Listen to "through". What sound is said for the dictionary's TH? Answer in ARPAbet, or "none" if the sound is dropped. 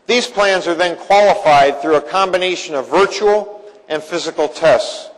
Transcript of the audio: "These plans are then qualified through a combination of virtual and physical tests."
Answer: TH